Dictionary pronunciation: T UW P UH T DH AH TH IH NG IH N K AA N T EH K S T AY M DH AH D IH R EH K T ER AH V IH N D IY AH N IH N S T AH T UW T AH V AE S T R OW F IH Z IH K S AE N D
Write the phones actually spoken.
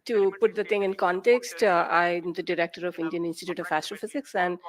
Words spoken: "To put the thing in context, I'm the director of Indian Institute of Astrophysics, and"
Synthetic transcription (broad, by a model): T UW P UH T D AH T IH NG IH N K AA N T EH K S T AY M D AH D IH R EH K T ER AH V IH N D IY AH N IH N S T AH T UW T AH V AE S T R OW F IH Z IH K S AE N D